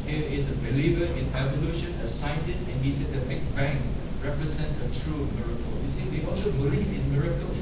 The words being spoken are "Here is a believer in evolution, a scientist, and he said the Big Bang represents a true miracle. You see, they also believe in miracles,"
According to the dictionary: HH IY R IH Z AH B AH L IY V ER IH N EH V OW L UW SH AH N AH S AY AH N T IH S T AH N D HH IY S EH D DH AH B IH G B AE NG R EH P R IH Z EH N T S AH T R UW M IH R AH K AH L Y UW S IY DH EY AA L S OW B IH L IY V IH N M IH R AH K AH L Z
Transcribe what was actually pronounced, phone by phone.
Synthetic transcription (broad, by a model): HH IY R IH S AH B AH L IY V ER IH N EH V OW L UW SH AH N AH S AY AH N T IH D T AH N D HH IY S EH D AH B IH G B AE NG R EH P R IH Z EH N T AH T R UW M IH R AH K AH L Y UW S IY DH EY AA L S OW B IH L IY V IH N M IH R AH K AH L